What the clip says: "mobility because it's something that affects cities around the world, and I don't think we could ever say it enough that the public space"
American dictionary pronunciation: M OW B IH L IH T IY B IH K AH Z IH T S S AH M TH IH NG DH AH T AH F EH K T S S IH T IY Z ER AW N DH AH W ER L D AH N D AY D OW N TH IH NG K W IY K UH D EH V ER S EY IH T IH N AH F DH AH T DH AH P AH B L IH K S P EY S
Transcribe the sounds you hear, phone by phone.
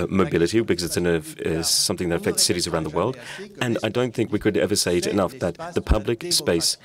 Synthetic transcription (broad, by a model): M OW B IH L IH T IY B IH K AH Z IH T S S AH M TH IH NG DH AH T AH F EH K T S S IH T IY Z ER AW N DH AH W ER L D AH N AY D OW N TH IH NG K W IY K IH D EH V ER S EY IH T IH N AH F DH AH T DH AH P AH B L IH K S P EY S